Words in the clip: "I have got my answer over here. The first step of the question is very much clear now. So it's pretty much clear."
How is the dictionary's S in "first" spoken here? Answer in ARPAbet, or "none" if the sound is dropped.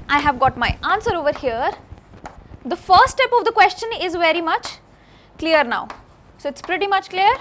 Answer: none